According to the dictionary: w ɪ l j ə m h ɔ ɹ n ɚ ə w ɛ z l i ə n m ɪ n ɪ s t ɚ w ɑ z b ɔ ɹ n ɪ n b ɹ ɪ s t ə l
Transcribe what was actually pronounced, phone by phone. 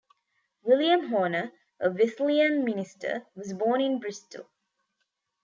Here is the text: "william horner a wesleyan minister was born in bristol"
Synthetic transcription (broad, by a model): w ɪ l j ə m h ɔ n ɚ ə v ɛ s l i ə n m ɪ n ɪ s t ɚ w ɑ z b ɔ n ɪ n b ɹ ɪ s t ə l